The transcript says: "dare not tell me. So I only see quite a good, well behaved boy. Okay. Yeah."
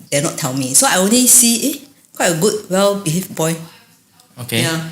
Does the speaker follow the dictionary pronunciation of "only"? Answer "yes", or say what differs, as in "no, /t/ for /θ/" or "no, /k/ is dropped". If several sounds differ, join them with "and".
yes